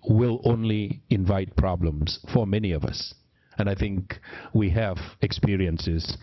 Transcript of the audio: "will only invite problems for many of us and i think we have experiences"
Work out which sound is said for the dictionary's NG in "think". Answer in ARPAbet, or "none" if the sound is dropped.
NG